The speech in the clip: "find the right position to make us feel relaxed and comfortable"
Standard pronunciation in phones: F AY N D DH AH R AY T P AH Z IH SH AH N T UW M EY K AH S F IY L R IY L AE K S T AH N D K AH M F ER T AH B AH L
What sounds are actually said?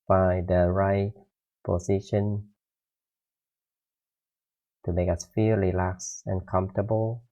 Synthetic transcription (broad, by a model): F AY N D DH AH R AY T P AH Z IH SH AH N T UW M EY K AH S F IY R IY L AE K S AH N K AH M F T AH B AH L